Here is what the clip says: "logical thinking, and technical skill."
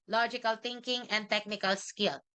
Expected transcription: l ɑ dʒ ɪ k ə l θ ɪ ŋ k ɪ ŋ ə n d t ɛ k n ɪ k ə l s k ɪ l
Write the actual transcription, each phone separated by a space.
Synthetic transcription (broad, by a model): l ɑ dʒ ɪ k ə l t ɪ ŋ k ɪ ŋ ə n d t ɛ k n ɪ k ə l s k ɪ l